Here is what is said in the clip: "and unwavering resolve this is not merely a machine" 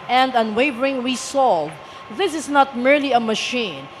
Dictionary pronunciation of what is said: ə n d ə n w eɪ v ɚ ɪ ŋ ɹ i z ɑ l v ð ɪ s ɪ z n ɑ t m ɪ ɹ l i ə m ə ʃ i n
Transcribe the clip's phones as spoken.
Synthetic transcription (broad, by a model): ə n d ə n w eɪ v ɚ ɪ ŋ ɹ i s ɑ l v ð ɪ s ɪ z n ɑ t m ɪ ɹ l i ə m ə ʃ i n